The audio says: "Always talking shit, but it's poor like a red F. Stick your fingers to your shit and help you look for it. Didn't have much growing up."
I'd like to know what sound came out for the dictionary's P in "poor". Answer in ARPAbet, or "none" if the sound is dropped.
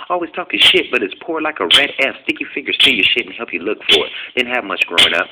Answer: P